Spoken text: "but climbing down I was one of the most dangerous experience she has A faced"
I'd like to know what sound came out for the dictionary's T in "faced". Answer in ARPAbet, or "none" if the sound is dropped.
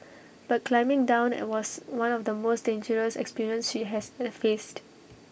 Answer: T